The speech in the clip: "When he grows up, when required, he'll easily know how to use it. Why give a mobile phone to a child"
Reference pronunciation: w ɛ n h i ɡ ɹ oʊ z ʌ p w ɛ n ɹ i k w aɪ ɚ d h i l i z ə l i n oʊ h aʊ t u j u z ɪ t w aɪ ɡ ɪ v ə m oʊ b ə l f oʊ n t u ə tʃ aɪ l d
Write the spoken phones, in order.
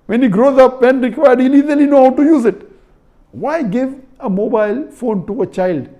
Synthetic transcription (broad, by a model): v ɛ n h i ɡ ɹ oʊ z ʌ p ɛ n ɹ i k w aɪ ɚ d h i l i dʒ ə l i n oʊ h aʊ t u j u z ɪ t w aɪ ɡ ɪ v ə m oʊ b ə l f oʊ n t u ə tʃ aɪ l d